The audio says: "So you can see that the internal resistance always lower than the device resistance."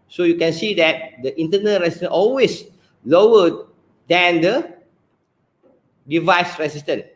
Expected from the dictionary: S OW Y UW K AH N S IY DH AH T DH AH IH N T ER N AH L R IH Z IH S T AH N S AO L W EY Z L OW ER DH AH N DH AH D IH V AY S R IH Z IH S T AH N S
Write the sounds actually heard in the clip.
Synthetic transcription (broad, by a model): S OW Y UW K AH N S IY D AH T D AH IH N T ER N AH L R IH S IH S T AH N AO L W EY S L OW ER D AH N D AH D IH V AY S R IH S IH S T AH N